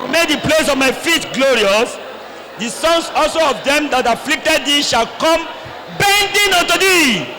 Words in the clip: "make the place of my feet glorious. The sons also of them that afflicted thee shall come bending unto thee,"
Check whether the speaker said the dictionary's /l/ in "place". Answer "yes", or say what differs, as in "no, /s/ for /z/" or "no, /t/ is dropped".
yes